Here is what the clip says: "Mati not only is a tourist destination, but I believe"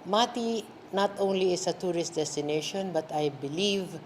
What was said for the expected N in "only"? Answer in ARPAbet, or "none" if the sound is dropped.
N